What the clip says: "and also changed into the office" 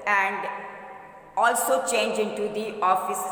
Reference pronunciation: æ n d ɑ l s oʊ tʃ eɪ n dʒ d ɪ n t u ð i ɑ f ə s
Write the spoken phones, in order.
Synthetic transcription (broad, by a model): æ n d ɑ l s oʊ tʃ eɪ n dʒ ɪ n t u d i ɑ f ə s